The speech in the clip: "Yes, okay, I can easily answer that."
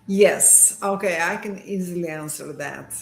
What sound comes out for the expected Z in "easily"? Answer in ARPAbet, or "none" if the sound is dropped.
Z